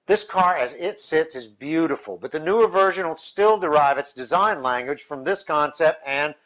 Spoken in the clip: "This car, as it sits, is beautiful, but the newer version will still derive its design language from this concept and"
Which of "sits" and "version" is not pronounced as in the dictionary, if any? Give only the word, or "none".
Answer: none